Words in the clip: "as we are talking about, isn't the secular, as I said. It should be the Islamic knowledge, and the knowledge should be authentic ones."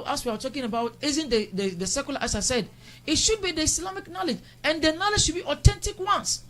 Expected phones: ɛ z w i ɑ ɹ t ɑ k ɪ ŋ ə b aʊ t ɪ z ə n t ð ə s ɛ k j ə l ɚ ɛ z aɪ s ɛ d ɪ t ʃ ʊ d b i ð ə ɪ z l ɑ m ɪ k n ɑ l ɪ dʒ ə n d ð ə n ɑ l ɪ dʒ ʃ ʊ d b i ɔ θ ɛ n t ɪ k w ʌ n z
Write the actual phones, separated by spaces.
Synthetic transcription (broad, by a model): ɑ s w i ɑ w t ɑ k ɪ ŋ ə b aʊ t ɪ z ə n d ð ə s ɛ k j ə l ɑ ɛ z aɪ s ɛ d ɪ t ʃ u d b i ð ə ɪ s l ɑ m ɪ k n ɑ l ɪ dʒ ə n d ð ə n ɑ l ɪ dʒ ʃ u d b i ɔ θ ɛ n t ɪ k w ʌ n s